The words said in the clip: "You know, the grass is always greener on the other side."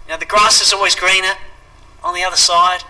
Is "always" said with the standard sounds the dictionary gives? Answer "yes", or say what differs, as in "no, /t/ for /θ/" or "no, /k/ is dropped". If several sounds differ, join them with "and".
yes